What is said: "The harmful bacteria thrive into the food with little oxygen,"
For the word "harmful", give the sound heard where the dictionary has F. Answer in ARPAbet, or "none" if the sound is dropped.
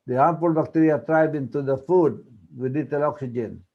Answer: P